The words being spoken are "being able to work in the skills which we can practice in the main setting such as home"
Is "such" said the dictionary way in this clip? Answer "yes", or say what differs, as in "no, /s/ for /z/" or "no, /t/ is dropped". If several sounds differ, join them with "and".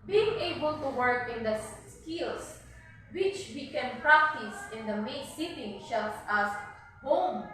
no, /ʃ/ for /s/